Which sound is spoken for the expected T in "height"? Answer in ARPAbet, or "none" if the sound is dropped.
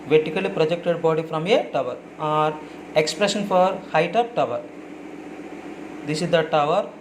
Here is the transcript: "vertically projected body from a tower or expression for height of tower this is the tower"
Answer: T